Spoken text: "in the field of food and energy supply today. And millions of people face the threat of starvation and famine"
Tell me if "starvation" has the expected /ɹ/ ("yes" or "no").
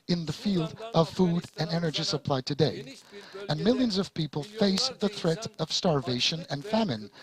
yes